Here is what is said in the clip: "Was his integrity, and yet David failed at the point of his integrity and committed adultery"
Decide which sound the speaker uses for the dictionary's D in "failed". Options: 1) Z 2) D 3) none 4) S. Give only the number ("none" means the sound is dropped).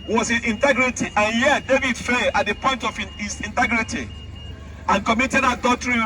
3